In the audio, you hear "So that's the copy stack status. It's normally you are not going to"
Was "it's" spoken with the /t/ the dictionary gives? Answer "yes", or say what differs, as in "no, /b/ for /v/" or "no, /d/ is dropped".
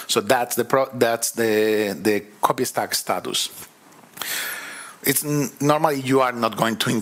yes